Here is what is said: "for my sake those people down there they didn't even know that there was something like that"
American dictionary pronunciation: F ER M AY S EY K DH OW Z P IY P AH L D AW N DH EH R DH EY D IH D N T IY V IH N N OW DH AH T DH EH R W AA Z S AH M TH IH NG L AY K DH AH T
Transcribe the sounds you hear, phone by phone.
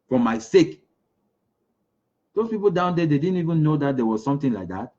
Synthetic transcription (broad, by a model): F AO M AY S EY K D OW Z P IY P AH L D AW N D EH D EY D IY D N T IY V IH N N OW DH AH T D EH W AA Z S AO M T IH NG L AY K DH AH T